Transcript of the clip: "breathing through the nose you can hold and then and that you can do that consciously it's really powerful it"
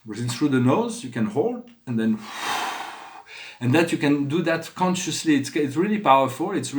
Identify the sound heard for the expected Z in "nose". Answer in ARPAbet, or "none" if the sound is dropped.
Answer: Z